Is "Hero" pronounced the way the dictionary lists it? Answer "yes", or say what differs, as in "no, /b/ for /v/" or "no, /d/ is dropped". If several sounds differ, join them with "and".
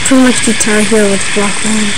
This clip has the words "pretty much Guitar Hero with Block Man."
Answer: no, /ɹ/ is dropped